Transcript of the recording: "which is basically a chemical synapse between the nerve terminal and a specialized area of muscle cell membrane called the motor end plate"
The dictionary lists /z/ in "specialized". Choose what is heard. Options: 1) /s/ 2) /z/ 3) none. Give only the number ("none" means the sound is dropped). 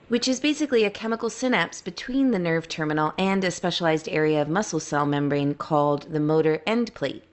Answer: 2